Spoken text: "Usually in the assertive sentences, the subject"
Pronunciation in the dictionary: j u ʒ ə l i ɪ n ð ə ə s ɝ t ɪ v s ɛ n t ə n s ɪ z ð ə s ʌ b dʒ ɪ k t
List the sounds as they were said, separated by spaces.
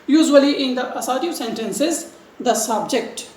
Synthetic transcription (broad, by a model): j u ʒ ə l i ɪ n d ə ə s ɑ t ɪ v s ɛ n t ə n s ɪ z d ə s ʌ b dʒ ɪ k t